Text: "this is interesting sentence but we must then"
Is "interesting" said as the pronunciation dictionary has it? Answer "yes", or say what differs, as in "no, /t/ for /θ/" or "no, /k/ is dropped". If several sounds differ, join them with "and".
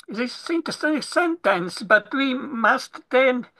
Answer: no, /ɹ/ is dropped